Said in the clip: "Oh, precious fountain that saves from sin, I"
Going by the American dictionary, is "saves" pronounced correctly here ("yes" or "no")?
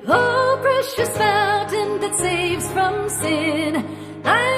yes